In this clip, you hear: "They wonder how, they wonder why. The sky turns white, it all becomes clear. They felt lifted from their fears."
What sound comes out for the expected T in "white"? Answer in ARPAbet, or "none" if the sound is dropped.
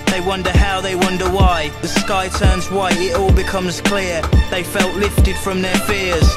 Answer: none